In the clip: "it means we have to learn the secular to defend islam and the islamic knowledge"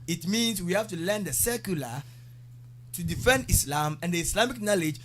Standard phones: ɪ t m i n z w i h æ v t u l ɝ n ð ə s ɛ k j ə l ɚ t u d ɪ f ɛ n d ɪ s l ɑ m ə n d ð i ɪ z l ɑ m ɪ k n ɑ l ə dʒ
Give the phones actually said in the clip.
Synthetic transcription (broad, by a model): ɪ t m i n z w i h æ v t u l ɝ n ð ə s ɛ k j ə l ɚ t u d ɪ f ɛ n d ɪ s l ɑ m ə n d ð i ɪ s l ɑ m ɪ k n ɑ l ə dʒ